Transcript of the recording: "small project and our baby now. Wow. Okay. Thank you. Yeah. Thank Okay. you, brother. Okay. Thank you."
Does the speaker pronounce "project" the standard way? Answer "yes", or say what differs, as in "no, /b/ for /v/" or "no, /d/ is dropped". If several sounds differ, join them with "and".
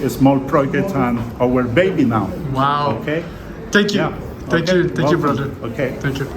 no, /dʒ/ is dropped